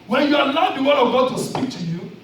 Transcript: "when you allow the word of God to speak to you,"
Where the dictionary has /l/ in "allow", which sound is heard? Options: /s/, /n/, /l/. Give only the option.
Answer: /n/